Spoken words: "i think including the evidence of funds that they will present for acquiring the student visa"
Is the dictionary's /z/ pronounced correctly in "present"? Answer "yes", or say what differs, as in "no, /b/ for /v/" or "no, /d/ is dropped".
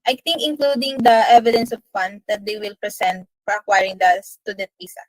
no, /s/ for /z/